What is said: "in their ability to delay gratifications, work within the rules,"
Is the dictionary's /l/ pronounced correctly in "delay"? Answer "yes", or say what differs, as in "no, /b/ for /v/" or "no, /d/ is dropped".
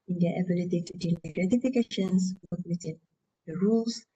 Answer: no, /n/ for /l/